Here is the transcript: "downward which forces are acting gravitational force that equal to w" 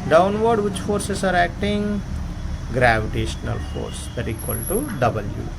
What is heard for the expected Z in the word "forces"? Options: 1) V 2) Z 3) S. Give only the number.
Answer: 3